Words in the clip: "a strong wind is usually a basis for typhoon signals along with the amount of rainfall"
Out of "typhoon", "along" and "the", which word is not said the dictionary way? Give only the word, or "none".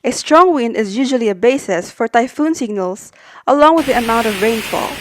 none